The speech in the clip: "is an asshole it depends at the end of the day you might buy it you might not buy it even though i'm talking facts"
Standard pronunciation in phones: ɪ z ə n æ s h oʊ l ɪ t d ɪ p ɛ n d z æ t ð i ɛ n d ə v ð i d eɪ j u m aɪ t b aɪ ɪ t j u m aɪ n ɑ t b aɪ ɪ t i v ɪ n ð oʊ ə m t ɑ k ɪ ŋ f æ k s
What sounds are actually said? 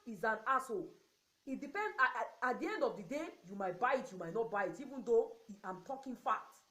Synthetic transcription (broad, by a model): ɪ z ə n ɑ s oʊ ɪ t d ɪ p ɛ n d ɑ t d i ɛ n d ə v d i d eɪ j u m aɪ t b aɪ ɪ t j u m aɪ n ɑ t b aɪ ɪ t i v ɪ n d oʊ ə m t ɑ k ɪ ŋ f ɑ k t